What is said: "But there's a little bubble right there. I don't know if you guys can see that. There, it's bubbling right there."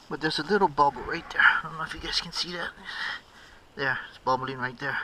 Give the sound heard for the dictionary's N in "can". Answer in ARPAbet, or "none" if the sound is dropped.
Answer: N